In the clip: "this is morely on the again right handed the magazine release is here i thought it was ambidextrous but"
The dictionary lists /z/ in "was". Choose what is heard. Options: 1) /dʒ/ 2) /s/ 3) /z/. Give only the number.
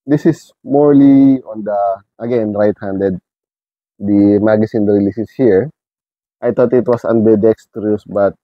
2